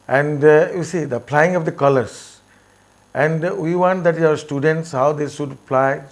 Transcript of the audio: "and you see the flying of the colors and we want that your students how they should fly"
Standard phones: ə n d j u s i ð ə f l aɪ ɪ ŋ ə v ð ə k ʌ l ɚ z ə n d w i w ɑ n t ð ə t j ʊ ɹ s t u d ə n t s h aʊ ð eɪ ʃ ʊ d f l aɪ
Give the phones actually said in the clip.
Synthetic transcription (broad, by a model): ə n d j u s i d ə p l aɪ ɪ ŋ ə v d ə k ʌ l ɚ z ə n d w i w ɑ n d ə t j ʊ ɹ s t u d ə n t s h aʊ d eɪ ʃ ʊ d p l aɪ